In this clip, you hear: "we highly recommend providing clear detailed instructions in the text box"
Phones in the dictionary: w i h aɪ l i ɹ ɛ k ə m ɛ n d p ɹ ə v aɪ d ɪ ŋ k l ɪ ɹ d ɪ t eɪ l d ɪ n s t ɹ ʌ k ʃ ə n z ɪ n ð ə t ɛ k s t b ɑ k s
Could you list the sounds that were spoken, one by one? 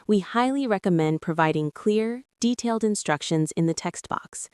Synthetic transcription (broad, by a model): w i h aɪ l i ɹ ɛ k ə m ɛ n d p ɹ ə v aɪ d ɪ ŋ k l ɪ ɹ d ɪ t eɪ l d ɪ n s t ɹ ʌ k ʃ ə n z ɪ n ð ə t ɛ k s t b ɑ k s